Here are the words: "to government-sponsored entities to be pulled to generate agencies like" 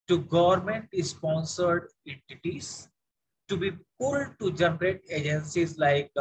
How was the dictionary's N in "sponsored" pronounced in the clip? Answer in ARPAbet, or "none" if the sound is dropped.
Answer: N